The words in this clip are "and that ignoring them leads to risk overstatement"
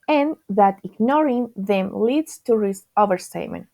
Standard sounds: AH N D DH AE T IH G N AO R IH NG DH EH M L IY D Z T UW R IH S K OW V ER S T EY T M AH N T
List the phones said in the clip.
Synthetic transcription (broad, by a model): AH N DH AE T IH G N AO R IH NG DH EH M L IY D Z T UW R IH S OW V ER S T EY M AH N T